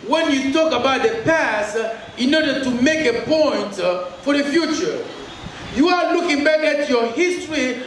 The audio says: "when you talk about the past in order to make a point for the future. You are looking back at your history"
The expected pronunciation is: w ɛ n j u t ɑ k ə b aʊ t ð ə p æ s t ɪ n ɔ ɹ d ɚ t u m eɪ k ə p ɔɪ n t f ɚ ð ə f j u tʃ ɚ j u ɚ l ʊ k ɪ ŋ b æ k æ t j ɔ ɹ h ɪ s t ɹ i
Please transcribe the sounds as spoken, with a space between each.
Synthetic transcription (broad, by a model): w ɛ n j u t ɑ k ə b aʊ t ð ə p æ s t ɪ n ɔ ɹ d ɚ t u m eɪ k ə p ɔɪ n t f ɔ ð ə f j u tʃ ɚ j u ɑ l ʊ k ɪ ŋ b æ k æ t j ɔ h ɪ s t ɹ i